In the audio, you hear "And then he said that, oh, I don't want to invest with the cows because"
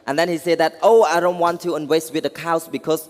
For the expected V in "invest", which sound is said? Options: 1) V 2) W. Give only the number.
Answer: 2